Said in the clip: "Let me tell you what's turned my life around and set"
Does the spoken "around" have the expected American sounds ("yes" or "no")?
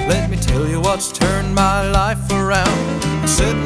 no